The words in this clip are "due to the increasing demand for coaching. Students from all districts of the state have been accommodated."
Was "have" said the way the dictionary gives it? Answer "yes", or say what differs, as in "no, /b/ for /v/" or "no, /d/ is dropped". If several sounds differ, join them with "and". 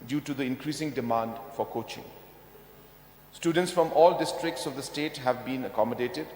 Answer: yes